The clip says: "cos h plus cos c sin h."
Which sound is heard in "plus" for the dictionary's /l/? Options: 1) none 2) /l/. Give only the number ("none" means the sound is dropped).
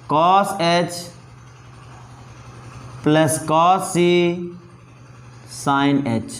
2